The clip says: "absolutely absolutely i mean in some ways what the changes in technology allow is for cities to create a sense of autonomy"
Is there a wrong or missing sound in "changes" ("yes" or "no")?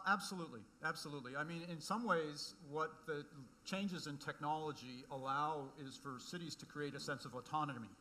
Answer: no